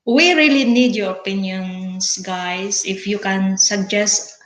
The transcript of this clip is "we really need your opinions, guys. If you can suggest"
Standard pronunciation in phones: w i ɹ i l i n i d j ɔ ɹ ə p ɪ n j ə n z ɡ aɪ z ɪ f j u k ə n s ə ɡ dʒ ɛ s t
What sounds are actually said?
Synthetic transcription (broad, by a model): w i ɹ i l i n i d j ɔ ɹ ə p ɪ n j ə n s ɡ aɪ s ɪ f j u k ə n s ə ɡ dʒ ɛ s t